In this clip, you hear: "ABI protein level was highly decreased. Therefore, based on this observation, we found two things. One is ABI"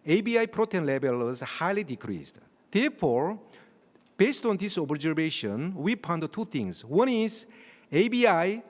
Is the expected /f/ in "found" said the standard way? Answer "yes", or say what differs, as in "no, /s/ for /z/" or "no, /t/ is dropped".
no, /p/ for /f/